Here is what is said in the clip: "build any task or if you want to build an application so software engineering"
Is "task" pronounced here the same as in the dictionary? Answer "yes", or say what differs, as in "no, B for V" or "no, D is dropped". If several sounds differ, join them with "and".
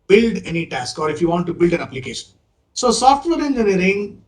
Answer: yes